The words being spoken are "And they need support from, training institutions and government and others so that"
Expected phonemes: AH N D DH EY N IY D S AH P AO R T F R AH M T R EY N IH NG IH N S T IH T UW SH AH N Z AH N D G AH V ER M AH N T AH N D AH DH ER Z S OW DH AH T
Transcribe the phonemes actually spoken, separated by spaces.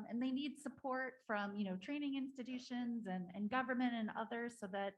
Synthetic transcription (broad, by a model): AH N DH EY N IY D S AH P AO R T F R AH M T R EY N IH NG IH N S T IH T UW SH AH N Z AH N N G AH V ER M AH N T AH N AH DH ER Z S OW DH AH T